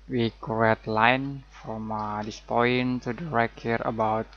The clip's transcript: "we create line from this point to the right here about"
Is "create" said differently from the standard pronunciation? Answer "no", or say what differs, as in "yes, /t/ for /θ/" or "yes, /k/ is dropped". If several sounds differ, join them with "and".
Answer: yes, /ɹ/ is dropped